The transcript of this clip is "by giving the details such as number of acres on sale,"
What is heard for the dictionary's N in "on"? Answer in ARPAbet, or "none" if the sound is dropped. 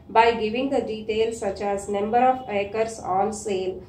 L